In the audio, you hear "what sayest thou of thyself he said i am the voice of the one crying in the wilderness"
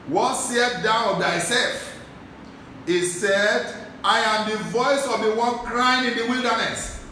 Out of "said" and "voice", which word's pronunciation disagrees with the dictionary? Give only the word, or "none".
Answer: none